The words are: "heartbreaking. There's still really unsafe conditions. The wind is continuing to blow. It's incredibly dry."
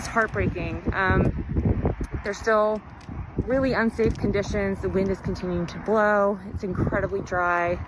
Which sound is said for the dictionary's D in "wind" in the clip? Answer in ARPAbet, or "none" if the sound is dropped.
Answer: D